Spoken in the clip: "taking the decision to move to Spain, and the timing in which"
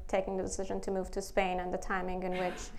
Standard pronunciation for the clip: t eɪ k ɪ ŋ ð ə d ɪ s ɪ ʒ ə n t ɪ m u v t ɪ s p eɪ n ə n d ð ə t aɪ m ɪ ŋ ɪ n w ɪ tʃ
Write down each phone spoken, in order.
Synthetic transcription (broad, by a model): t eɪ k ɪ ŋ ð ə d ɪ s ɪ ʒ ə n t ɪ m u v t ɪ s p eɪ n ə n ð ə t aɪ m ɪ ŋ ɪ n w ɪ tʃ